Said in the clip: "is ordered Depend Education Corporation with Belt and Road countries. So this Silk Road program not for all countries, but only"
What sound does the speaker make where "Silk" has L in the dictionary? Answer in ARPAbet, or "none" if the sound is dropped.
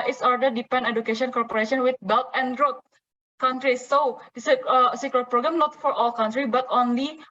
none